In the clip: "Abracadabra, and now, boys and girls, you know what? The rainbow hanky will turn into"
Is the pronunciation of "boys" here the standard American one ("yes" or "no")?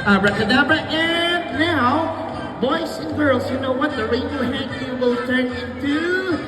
no